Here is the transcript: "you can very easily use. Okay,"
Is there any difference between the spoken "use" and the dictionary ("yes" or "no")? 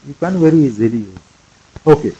yes